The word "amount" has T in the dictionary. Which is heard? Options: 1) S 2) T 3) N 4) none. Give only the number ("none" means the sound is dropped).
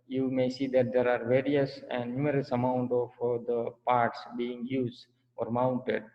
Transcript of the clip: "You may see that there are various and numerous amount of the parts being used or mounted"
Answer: 2